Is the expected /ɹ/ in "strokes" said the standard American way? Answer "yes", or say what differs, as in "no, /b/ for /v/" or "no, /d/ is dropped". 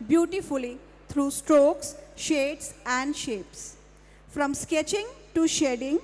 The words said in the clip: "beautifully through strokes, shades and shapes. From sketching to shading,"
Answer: yes